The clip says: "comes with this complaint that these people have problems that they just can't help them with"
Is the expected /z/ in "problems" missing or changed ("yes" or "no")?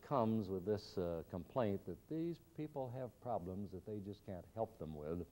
no